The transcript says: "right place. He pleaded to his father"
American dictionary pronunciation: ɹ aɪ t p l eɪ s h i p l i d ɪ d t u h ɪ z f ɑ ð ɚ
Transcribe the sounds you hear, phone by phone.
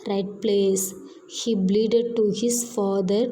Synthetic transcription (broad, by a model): ɹ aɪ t p l eɪ s h i b l i d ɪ d t u h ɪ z f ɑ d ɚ